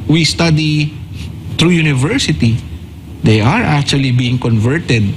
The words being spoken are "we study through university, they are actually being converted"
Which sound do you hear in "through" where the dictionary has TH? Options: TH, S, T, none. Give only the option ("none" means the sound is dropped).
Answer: T